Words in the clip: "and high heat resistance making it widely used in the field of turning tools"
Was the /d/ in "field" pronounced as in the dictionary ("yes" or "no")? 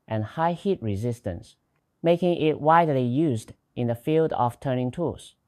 yes